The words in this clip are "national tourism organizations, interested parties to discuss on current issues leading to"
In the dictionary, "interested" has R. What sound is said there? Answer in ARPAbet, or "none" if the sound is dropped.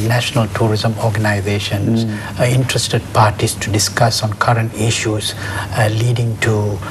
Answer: R